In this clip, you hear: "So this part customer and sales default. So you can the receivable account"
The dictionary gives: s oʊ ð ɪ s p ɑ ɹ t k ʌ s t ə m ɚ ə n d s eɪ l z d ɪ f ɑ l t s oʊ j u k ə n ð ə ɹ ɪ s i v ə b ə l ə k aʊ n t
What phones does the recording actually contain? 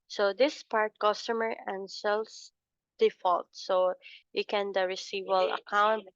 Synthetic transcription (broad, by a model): s oʊ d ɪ s p ɑ ɹ t k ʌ s t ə m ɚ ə n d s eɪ l s d ɪ f ɑ l t s oʊ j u k ə n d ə ɹ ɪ s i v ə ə l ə k aʊ n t